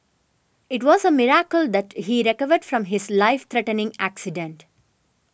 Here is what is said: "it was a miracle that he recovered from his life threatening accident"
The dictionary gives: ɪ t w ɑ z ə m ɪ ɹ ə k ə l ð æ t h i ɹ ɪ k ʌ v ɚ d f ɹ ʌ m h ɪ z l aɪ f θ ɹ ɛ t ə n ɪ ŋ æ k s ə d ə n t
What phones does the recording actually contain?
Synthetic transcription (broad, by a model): ɪ t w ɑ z ə m ɪ ɹ ə k ə l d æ t h i ɹ ɪ k ʌ v ɚ d f ɹ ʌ m h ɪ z l aɪ f t ɹ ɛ t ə n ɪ ŋ æ k s ə d ə n t